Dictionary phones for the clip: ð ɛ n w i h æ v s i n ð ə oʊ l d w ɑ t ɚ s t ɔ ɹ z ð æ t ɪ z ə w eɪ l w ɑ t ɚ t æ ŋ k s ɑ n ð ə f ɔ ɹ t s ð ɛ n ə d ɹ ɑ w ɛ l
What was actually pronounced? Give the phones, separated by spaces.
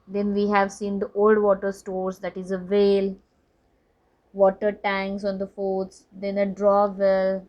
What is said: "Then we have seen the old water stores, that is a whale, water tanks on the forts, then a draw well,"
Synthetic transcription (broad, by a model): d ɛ n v i h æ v s i n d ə oʊ l d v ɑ t ɚ s t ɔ ɹ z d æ t ɪ z ə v eɪ l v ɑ t ɚ t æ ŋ s ɑ n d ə f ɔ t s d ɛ n ə d ɹ ɑ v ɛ l